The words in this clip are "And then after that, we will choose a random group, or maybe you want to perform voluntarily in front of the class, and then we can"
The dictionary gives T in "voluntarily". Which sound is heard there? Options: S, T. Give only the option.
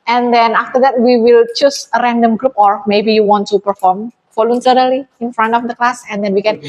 S